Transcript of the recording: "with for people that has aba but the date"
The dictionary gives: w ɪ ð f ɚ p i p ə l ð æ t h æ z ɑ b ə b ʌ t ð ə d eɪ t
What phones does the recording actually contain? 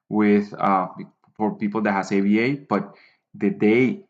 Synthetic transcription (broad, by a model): w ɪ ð f ɚ p i p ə l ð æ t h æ s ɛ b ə b ʌ t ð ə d eɪ